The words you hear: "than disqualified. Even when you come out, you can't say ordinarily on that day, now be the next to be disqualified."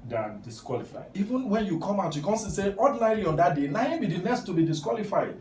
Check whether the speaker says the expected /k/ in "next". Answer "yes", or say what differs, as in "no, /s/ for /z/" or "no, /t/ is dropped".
no, /k/ is dropped